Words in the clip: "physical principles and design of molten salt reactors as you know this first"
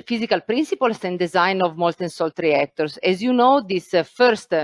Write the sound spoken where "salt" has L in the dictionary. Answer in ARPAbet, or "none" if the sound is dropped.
L